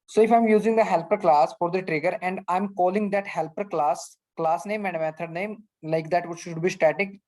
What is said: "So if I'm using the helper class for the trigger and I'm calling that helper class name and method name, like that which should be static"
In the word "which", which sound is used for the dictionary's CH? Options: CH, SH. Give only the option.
SH